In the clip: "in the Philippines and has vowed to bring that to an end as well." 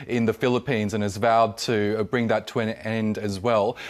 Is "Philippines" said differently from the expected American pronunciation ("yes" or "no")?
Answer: no